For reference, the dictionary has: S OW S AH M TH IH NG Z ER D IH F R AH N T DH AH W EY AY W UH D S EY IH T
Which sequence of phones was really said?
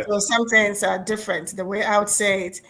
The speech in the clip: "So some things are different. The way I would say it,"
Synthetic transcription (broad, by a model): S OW S AH M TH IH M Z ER D IH F R AH N T DH AH W EY AY W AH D S EY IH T